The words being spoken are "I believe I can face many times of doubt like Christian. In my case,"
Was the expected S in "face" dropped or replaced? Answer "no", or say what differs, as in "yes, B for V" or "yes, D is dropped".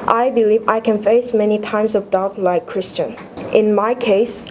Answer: no